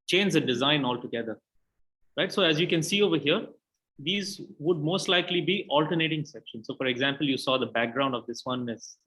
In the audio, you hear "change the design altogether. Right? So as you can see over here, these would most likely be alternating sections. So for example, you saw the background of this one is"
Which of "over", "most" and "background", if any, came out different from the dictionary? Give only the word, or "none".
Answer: none